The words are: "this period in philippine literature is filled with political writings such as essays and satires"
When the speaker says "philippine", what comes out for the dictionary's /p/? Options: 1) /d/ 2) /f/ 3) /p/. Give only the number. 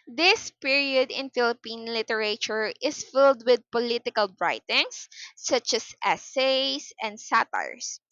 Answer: 3